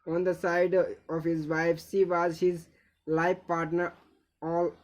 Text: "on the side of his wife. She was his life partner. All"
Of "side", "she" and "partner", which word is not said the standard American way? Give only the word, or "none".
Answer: she